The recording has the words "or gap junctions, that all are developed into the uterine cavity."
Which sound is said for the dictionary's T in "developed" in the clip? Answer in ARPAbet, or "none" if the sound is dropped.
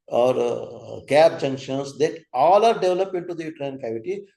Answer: none